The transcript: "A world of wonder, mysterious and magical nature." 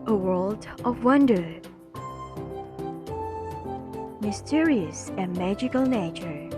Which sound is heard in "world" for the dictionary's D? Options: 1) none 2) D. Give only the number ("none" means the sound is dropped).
2